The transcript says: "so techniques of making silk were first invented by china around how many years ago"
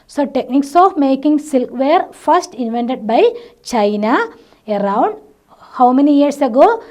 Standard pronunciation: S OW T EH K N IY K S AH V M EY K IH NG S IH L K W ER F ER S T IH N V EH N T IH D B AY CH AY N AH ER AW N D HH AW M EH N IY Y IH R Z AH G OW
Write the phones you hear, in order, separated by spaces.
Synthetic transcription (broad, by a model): S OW T EH K N IY K S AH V M EY K IH NG S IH L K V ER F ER S T IH N V EH N T IH D B AY CH AY N AH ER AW N D HH AW M EH N IY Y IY R S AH G OW